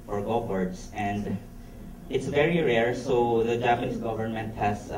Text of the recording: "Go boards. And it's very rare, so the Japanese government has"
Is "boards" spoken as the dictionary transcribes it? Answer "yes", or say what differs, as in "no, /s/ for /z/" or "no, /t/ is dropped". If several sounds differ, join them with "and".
no, /s/ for /z/